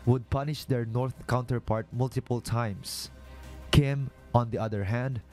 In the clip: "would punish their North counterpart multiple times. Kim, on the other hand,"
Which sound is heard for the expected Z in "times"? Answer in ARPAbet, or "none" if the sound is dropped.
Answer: S